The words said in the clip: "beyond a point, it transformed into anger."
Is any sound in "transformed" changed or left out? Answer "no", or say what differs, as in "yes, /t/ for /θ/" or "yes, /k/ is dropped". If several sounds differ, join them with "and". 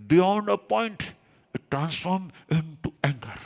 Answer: yes, /d/ is dropped